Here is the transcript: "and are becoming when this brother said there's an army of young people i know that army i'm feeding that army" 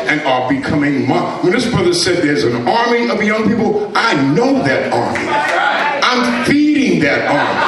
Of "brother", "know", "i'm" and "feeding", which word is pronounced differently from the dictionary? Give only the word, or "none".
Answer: none